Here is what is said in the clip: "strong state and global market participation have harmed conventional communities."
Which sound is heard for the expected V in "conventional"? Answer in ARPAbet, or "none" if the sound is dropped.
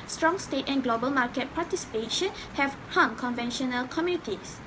V